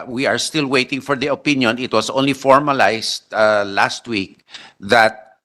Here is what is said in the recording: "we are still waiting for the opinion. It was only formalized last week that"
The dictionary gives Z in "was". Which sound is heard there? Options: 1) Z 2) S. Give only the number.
2